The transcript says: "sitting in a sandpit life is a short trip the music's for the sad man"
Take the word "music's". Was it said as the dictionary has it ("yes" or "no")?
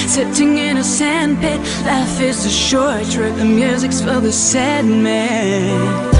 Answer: yes